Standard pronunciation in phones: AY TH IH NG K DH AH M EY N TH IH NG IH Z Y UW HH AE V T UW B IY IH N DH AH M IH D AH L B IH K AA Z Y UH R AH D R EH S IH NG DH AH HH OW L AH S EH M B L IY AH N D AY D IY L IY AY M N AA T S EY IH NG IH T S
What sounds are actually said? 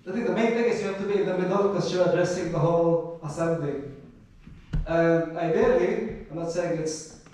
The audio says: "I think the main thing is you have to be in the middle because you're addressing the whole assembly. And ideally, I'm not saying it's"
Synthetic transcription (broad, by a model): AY T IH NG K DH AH M EY N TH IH NG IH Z Y UW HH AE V T UW B IY IH N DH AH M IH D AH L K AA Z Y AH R AH D R EH S IH NG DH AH HH OW L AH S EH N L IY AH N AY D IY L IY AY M N AA T S EY IH NG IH T S